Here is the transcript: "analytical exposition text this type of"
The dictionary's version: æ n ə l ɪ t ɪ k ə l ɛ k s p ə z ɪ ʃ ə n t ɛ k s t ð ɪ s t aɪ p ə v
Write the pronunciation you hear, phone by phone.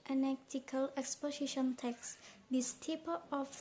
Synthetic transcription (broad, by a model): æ n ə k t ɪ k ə l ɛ k s p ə s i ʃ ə n t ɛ k s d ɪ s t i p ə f